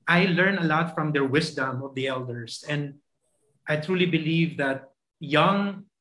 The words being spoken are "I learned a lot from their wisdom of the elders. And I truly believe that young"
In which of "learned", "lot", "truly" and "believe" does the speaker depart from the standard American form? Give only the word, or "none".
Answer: learned